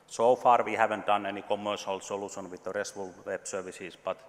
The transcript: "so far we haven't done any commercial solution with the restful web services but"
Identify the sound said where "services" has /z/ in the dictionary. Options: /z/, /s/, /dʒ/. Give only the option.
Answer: /s/